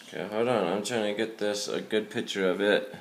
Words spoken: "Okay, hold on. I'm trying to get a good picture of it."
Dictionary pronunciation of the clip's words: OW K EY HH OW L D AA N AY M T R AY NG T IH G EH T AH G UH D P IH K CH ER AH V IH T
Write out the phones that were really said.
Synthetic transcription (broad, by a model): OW K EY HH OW D AA N AY M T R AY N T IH G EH T AH G UH D P IH K CH ER AH V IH T